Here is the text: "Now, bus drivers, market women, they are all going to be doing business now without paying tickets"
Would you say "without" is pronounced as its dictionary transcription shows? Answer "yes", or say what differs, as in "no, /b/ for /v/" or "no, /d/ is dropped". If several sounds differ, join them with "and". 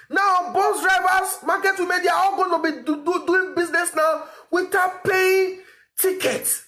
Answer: no, /t/ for /θ/